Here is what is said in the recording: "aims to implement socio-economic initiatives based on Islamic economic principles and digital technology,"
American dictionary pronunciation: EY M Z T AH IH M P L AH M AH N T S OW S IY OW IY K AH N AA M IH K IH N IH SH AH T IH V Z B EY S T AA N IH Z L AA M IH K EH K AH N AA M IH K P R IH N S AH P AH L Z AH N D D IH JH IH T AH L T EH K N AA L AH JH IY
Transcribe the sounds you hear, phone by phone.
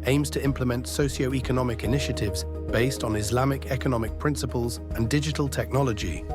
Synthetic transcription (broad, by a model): EY M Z T AH IH M P L AH M AH N T S OW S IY OW IY K AH N AA M IH K IH N IH SH AH T IH V Z B EY S T N IH Z L AA M IH K EH K AH N AA M IH K P R IH N S AH P AH L Z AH N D D IH JH IH T AH L T EH K N AA L AH JH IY